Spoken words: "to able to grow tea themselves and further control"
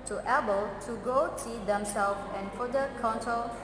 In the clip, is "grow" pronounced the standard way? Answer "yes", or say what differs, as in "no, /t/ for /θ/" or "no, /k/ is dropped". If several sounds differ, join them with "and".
no, /ɹ/ is dropped